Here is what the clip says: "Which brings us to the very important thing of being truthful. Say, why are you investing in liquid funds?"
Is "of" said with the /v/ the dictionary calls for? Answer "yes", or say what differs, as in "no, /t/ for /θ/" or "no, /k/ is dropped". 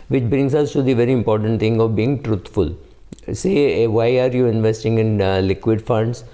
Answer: yes